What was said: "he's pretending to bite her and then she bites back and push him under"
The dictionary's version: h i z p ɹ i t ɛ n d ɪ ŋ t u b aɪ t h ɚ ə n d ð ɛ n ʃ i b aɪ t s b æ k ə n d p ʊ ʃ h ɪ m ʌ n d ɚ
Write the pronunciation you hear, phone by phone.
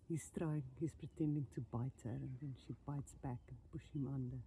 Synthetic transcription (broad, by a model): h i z p ɹ i t ɛ n d ɪ ŋ t u b aɪ t h ɚ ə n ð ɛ n ʃ i b aɪ t s b æ k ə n p ʊ ʃ h ɪ m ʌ n d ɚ